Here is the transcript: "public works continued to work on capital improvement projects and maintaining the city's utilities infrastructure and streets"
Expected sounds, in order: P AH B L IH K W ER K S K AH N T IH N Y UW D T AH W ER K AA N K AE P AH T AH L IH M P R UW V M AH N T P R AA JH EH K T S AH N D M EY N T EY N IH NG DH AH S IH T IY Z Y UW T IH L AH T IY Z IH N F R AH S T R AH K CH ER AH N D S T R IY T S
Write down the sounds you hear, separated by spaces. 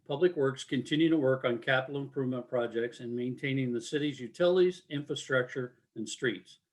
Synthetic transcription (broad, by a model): P AH B L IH K W ER K S K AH N T IH N Y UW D T AH W ER K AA N K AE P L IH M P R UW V M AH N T P R AA JH EH K T S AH N M EY N T EY N IH NG DH AH S IH T IY Z Y UW T IH L AH T IY Z IH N F R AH S T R AH K CH ER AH N S T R IY T S